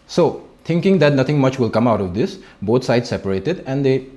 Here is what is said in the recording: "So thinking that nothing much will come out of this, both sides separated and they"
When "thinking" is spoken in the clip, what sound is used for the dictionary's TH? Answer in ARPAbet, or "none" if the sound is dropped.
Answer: T